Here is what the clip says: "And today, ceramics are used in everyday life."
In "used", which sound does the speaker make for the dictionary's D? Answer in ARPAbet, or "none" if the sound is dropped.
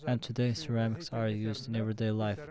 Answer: D